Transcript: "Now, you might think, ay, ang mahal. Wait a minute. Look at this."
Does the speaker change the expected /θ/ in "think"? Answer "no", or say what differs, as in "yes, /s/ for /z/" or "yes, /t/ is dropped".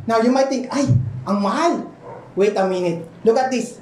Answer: yes, /t/ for /θ/